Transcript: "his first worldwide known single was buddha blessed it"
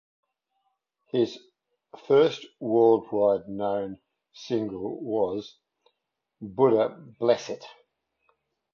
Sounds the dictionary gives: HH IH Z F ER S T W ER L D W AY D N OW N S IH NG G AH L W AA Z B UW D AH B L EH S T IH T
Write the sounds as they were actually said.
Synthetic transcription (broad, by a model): HH IH Z F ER S T W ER L D W AY D N OW N S IH NG G AH L W AA Z B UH D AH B L EH S IH T